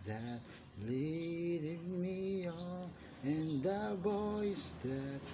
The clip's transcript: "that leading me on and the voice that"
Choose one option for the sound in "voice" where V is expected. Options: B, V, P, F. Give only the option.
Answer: B